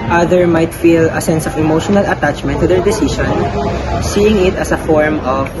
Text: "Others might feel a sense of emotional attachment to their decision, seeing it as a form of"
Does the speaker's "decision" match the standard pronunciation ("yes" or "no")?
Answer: no